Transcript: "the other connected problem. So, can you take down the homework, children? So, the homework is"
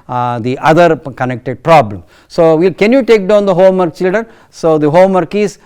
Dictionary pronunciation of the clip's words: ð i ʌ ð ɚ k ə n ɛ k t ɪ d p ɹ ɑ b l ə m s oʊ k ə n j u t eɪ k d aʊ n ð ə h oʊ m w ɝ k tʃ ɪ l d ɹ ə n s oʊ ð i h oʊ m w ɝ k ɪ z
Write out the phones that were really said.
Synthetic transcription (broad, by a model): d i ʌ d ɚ k ə n ɛ k t ɪ d p ɹ ɑ b l ə m s oʊ k ə n j u t eɪ k d aʊ n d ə h oʊ m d k tʃ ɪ l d ə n s oʊ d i h oʊ m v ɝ k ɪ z